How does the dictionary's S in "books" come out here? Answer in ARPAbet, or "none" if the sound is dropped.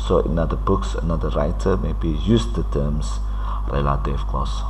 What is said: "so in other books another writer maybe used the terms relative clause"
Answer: S